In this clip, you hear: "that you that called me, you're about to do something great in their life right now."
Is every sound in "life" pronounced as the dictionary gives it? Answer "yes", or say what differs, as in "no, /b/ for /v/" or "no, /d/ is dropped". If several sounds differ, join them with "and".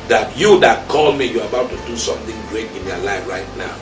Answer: yes